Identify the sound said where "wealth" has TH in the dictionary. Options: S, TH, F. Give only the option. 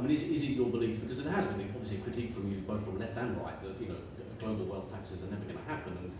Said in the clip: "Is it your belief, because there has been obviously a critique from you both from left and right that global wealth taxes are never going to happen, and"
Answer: TH